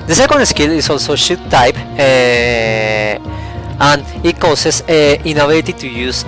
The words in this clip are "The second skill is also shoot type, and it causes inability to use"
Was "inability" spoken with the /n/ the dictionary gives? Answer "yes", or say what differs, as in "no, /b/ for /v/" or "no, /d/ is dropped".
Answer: no, /n/ is dropped